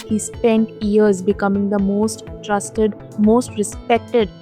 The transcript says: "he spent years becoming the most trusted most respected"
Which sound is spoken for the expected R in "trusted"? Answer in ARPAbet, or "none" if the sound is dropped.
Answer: R